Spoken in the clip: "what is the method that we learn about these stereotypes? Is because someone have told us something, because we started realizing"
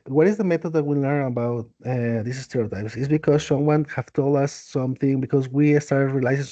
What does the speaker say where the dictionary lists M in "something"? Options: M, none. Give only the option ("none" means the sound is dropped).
M